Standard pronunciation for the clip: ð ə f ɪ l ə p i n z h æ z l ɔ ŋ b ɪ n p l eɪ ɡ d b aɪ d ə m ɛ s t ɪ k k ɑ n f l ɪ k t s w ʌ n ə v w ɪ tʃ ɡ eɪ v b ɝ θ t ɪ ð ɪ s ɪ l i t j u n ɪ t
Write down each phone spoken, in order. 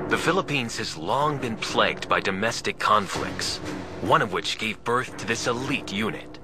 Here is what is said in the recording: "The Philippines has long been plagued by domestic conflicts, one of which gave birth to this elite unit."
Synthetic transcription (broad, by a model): ð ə f ɪ l ə p i n z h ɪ z l ɔ ŋ b ɪ n p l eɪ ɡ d b aɪ d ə m ɛ s t ɪ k k ɑ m f l ɪ k t s w ʌ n ə v w ɪ tʃ ɡ eɪ v b ɝ θ t ɪ ð ɪ s ɪ l i t j u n ɪ t